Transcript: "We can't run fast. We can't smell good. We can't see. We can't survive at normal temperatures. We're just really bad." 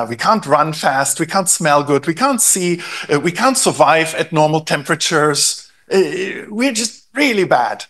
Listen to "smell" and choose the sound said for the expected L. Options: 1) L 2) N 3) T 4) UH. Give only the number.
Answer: 1